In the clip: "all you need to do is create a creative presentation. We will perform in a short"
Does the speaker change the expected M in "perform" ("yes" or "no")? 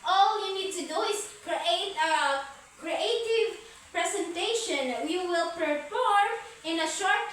yes